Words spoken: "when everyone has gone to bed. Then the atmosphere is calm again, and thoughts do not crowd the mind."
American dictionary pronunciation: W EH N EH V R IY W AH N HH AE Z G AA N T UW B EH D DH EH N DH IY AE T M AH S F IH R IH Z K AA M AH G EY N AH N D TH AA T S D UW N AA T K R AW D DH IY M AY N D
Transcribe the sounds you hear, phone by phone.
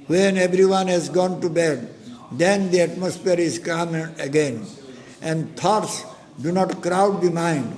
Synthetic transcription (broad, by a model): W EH N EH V R IY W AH N HH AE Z G AA N T UW B EH D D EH N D IY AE T M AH S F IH R IH Z K AA M AH G EY N AH N D T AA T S D UW N AA T K R AW D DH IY M AY N D